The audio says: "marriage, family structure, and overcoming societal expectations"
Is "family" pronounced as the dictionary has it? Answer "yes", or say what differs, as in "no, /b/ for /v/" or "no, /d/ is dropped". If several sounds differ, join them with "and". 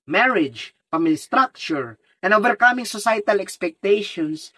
no, /p/ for /f/